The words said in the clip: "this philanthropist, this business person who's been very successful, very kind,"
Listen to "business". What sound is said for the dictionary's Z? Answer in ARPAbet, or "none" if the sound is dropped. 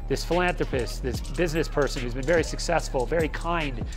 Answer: Z